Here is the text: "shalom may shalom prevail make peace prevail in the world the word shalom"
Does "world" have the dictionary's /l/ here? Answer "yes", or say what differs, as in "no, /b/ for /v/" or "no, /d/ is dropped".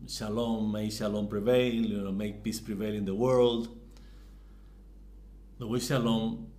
yes